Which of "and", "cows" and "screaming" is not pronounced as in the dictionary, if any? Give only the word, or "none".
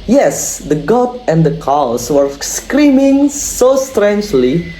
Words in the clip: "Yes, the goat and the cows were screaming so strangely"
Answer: cows